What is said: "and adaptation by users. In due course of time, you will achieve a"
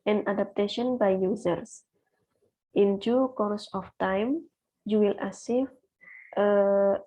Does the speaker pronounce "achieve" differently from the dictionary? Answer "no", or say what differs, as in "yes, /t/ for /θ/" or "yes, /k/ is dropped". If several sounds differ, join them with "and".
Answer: yes, /s/ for /tʃ/